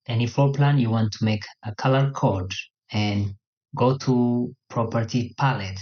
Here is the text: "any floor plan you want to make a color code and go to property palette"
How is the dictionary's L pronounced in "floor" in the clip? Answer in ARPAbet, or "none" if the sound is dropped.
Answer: none